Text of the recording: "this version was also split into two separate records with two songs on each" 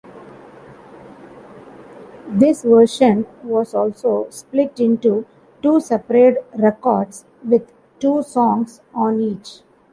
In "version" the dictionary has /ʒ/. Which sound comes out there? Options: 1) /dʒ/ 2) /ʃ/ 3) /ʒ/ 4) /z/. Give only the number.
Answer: 2